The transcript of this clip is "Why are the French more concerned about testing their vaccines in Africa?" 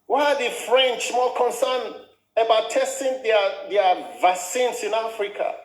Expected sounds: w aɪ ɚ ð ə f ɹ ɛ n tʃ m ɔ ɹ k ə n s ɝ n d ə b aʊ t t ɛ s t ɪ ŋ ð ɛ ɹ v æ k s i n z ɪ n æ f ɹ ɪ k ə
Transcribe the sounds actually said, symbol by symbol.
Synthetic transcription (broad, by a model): w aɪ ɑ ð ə f ɹ ɛ n tʃ m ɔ l k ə n s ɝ n ə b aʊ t t ɛ s t ɪ ŋ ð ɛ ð v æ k s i n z ɪ n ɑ f ɹ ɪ k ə